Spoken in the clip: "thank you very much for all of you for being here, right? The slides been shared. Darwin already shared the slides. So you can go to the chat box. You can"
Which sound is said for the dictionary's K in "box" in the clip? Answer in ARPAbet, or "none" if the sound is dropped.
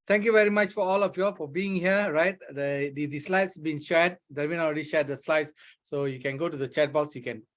none